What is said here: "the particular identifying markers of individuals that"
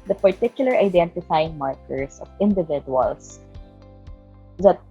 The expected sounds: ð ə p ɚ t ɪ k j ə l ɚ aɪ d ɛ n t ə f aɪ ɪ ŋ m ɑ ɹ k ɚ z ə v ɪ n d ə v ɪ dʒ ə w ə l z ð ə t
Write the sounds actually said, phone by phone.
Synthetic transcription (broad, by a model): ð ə p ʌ t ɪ k j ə l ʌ aɪ d ɛ n t ə f aɪ ɪ ŋ m ɑ ɹ k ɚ s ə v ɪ n d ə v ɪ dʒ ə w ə l s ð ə t